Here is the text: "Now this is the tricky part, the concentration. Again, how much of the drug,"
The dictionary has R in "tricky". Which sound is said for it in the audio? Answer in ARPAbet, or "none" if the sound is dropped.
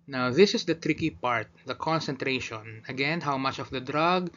R